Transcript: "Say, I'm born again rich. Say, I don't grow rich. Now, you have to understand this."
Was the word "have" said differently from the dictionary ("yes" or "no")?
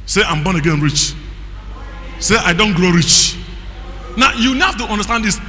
yes